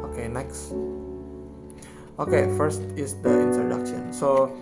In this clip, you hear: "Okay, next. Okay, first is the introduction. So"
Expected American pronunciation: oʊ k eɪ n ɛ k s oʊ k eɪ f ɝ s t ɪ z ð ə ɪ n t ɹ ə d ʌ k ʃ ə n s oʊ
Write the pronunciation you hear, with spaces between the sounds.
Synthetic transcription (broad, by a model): oʊ k eɪ n ɛ k s oʊ k eɪ f ɝ s t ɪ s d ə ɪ n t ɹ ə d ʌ k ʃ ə n s oʊ